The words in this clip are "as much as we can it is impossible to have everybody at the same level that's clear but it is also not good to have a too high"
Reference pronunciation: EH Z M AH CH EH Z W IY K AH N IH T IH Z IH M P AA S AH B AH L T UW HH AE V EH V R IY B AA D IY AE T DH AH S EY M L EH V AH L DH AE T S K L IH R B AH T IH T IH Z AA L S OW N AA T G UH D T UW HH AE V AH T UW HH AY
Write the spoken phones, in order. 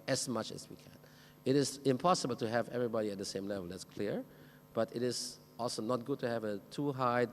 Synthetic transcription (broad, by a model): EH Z M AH CH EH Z W IY K AH N IH T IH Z IH M P AA S AH B AH L T UW HH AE V EH V R IY B AA D IY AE T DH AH S EY M L EH V AH L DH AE T S K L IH R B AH T IH T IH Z AA L S OW N AA T G UH D T UW HH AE V AH T UW HH AY